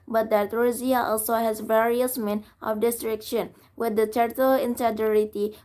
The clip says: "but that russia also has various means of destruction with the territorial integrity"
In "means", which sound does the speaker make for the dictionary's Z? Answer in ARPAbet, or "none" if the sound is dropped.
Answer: none